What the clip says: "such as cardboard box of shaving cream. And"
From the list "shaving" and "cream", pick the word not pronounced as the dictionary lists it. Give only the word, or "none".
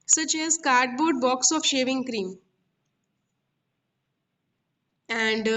none